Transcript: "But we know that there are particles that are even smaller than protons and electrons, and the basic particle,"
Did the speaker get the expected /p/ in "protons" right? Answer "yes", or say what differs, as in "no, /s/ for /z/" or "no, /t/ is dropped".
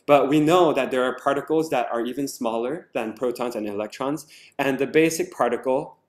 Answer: yes